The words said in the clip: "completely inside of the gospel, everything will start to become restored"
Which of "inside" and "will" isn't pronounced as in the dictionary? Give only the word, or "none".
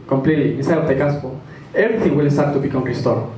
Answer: inside